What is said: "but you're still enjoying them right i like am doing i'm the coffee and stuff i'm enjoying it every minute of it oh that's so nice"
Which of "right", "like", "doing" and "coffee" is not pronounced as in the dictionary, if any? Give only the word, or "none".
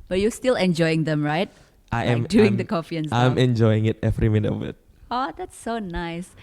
like